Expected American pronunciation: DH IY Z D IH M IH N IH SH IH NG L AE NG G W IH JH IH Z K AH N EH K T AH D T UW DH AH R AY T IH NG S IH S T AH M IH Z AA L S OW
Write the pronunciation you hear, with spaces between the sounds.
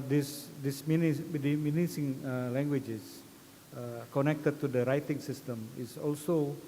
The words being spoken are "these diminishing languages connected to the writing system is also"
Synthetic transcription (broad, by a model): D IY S D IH M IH N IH S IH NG L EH NG G W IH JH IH S K AH N EH K T AH D T UW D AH R AY T IH NG S IH S T AH M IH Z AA L S OW